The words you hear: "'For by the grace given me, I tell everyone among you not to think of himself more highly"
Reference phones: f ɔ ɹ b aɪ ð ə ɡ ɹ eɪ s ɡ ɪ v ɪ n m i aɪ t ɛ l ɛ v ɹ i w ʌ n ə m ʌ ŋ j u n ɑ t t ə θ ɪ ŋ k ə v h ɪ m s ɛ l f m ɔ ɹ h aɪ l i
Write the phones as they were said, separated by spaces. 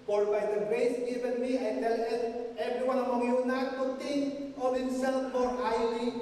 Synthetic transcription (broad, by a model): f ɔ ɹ b aɪ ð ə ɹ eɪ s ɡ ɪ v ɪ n m i aɪ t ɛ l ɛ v ɹ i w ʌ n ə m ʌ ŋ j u n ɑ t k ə t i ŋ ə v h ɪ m s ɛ l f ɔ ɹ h aɪ l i